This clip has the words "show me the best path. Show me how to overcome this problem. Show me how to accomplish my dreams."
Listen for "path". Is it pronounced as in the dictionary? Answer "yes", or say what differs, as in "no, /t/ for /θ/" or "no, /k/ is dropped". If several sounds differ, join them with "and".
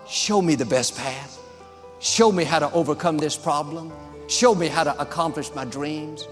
yes